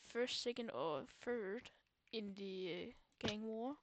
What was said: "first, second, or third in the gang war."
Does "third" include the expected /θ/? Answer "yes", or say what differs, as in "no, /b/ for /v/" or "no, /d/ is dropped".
no, /f/ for /θ/